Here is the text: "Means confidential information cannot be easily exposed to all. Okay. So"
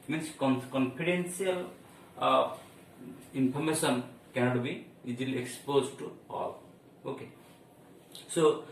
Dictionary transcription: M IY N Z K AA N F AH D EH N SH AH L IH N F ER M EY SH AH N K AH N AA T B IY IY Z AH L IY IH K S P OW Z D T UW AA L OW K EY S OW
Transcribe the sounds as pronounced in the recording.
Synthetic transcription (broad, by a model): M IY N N K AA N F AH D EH N S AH L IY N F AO M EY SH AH N K AH N AA T B IY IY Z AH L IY K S P OW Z T UW AA L OW K EY S OW